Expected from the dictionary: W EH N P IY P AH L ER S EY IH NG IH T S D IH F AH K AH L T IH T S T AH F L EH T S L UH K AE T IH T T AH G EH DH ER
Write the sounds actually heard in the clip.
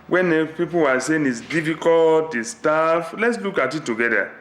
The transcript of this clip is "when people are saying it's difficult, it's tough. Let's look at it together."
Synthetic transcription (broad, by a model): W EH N P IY P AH W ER S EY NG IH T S D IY F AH K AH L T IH S T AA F L EH T S L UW K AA T IH T T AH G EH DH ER